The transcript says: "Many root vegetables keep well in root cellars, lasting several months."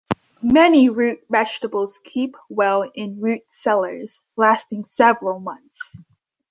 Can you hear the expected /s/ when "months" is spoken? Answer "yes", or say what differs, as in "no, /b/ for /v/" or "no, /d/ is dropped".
yes